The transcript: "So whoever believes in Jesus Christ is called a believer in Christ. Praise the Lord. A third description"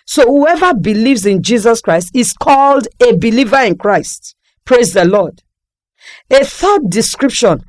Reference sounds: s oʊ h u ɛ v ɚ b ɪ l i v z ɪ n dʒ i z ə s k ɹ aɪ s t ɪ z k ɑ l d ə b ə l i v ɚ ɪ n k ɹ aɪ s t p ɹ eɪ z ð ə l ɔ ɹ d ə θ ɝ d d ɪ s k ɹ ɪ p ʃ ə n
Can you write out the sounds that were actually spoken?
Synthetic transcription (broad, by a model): s oʊ h u ɛ v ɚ b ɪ l i v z ɪ n dʒ i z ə s k ɹ aɪ s t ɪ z k ɑ l d ə b ə l i v ɚ ɪ n k ɹ aɪ s t p ɹ eɪ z ð ə l ɔ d ə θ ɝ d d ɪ s k ɹ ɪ p ʃ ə n